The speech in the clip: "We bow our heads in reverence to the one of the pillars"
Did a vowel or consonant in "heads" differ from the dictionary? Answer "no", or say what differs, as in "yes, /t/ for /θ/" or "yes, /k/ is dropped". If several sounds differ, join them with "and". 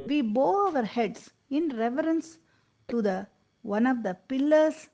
yes, /s/ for /z/